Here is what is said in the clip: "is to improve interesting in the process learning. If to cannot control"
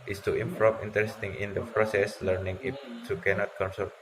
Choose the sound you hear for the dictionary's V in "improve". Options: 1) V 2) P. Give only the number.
2